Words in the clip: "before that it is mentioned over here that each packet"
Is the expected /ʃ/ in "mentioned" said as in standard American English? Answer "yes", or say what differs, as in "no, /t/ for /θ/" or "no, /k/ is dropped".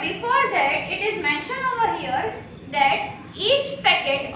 yes